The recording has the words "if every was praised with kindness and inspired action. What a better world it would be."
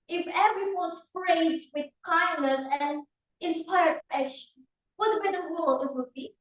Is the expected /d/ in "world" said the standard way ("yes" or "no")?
no